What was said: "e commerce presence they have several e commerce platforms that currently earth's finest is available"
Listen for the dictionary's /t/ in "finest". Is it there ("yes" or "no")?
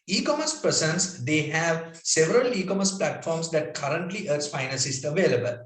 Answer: no